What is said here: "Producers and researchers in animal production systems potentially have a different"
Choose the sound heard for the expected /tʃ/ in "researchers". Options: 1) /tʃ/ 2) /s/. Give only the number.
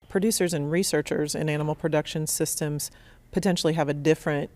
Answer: 1